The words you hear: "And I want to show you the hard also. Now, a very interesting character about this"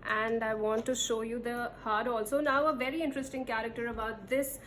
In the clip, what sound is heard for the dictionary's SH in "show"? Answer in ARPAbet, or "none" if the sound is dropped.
SH